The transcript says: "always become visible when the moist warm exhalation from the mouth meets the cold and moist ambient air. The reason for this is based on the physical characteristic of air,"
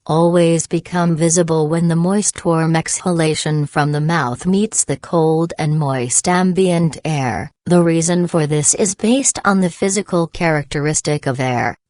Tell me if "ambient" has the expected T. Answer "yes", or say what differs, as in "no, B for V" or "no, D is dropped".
yes